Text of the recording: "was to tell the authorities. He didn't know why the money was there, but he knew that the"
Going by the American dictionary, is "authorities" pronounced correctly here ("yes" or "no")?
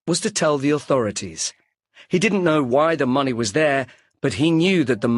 yes